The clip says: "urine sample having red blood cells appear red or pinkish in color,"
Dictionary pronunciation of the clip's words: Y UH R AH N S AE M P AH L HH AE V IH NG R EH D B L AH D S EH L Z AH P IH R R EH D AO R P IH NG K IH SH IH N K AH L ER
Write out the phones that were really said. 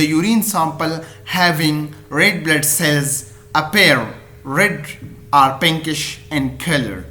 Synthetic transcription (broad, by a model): Y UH R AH N S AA M P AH L HH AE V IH NG R EH D B L AH D S EH L Z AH P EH R R EH D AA R P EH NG K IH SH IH N K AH L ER